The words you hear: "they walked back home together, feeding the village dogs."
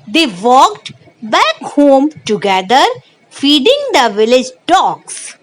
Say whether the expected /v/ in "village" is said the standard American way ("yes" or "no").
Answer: yes